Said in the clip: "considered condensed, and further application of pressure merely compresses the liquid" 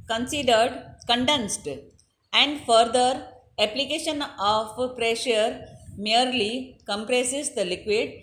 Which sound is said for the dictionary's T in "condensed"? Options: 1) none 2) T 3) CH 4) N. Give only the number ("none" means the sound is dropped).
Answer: 2